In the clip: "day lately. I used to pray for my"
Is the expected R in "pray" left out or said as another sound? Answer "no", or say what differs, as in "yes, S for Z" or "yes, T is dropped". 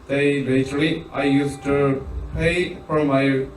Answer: yes, R is dropped